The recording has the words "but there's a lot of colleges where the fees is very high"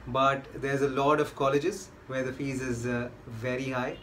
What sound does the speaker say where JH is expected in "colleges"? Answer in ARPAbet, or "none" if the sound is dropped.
JH